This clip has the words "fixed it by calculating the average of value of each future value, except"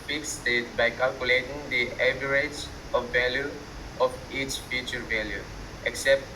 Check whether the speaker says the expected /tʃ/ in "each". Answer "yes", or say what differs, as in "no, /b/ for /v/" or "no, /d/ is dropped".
yes